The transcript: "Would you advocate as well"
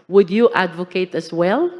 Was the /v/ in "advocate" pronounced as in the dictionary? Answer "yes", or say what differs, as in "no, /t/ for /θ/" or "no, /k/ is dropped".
yes